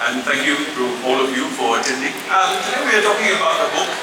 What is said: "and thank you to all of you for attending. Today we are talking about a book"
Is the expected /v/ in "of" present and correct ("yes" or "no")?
yes